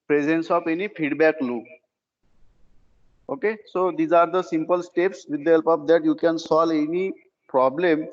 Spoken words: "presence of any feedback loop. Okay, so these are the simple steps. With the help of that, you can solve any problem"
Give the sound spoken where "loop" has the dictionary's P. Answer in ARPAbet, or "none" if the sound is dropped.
none